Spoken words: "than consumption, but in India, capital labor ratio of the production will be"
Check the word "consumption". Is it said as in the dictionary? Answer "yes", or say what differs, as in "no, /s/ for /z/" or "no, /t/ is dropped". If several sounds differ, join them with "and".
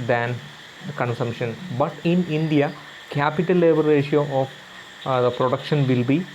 yes